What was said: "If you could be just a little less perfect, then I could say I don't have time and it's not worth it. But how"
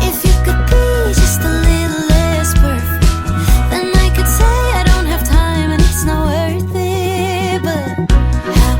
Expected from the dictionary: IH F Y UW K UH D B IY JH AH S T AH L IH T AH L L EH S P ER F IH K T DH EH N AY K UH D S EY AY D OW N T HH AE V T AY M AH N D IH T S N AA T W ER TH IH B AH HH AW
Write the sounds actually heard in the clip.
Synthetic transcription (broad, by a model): IH F Y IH K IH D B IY JH AH S T AH L IH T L L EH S B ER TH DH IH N AY K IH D S EY AY D OW N T HH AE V T AY M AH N IH T S N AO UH ER TH IH B AH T